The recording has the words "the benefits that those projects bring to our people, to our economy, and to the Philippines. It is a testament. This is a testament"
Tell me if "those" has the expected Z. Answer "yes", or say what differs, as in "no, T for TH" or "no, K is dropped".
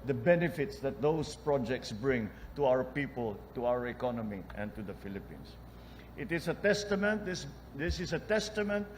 no, S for Z